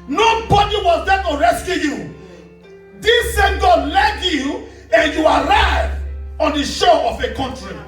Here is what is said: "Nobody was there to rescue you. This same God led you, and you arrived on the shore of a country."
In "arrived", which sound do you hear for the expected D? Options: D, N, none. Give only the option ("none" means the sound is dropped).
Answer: none